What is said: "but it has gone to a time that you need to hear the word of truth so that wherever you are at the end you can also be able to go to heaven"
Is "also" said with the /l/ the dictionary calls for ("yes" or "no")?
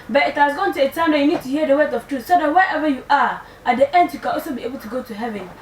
no